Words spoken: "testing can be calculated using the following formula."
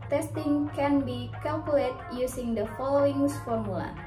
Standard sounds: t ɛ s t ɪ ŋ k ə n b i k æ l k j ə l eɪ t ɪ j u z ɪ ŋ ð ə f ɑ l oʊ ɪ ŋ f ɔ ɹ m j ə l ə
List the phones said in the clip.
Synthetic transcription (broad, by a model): t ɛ s t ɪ ŋ k ə n b i k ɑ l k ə l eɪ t j u s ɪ ŋ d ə f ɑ l oʊ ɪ ŋ f ɔ ɹ m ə l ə